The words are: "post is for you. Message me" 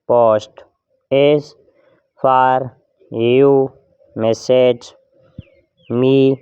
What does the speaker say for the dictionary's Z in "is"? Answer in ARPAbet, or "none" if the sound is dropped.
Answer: S